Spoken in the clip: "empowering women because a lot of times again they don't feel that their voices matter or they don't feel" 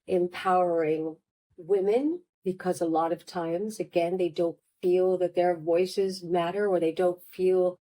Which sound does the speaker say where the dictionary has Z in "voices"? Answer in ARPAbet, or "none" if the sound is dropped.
Z